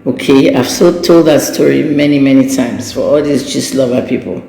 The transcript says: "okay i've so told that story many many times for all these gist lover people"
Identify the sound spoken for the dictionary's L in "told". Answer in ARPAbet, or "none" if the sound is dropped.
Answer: L